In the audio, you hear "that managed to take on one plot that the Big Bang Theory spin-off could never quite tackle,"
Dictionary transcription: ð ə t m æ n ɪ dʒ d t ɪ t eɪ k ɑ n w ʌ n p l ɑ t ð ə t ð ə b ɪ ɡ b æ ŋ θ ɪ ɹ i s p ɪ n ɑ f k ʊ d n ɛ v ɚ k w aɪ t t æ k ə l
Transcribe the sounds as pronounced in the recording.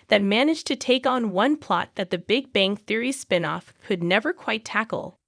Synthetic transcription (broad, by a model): ð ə t m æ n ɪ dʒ t ɪ t eɪ k n w ʌ n p l ɑ t ð ə t ð ə b ɪ ɡ b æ ŋ θ ɪ ɹ i s p ɪ n ɑ f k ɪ d n ɛ v ɚ k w aɪ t t æ k l